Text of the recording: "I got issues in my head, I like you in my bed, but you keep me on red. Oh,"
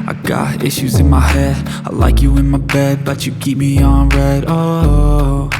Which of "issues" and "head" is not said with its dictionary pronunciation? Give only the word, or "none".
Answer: none